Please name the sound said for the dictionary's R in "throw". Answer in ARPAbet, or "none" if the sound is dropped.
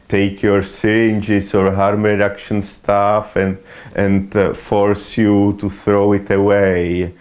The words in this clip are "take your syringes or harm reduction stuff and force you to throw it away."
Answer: R